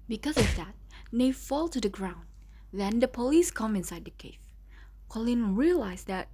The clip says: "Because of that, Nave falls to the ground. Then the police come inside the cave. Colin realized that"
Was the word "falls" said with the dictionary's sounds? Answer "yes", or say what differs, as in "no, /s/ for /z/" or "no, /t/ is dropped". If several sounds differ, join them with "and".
no, /z/ is dropped